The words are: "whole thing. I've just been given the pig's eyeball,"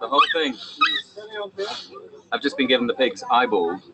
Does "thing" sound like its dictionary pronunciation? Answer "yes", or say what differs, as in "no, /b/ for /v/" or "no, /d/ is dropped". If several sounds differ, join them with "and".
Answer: yes